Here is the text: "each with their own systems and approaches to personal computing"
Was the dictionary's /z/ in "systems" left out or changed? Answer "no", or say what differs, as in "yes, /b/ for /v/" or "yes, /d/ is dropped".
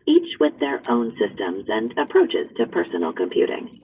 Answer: no